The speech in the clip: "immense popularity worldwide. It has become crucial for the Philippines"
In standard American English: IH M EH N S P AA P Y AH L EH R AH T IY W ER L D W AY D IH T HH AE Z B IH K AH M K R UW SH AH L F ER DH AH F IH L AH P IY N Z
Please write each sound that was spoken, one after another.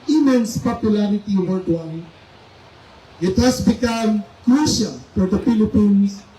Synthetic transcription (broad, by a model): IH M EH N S P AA P Y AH L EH R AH T IY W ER D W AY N IH T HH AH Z B IH K AH M K R UW SH AH L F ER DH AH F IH L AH P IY N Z